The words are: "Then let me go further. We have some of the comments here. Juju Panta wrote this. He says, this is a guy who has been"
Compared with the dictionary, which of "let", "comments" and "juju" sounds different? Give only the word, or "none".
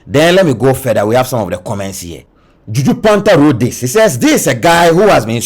none